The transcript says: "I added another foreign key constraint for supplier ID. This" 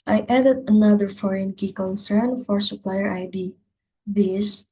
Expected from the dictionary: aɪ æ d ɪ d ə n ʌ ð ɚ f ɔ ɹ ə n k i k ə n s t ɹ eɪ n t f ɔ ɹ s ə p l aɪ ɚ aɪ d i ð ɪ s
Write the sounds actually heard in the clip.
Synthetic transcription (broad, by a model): aɪ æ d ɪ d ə n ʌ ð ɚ f ɔ ɹ ə n k i k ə n s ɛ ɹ n f ɔ ɹ s ə p l aɪ ɚ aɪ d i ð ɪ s